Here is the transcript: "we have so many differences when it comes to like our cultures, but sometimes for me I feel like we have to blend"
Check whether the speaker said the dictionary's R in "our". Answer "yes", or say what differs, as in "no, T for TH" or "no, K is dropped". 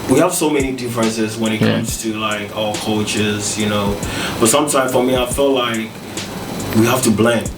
no, L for R